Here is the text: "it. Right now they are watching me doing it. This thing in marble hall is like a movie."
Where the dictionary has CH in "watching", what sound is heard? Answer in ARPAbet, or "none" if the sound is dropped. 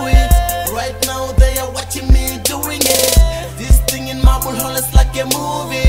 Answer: CH